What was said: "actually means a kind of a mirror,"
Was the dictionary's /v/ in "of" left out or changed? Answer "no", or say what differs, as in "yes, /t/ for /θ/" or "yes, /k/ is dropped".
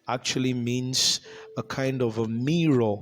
no